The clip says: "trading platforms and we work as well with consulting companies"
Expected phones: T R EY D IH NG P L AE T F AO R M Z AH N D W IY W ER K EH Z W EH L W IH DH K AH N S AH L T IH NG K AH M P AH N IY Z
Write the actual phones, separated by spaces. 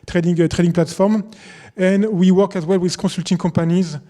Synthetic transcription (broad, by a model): T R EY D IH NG P L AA T F AO R M AH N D W IY W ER K EH Z W EH L W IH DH K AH S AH L T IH NG K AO P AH N IY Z